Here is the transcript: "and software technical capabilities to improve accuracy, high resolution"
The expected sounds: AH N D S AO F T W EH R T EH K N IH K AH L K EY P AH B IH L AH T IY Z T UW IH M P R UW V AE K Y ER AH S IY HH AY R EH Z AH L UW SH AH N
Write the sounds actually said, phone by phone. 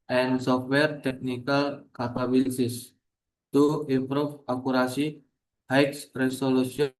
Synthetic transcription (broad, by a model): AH N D S AO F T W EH R T EH K N IH K AH L K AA P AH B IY L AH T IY S T UW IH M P R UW F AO K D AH S IY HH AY R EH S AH L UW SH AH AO